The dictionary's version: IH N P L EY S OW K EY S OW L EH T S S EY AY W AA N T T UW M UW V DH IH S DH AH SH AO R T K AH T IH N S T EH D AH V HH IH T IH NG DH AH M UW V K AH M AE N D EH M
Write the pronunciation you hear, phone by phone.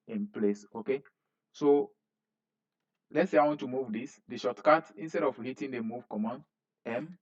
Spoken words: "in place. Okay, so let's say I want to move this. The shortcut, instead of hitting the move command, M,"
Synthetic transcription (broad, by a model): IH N P L EY S OW K EY S OW L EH T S S EY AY W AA N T T UW M UW V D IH S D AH SH AO T K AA T IH N S T EH D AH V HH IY T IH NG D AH M UW V K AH M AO N EH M